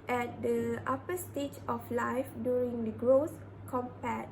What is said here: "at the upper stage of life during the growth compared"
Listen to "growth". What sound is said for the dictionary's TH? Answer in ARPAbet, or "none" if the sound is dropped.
S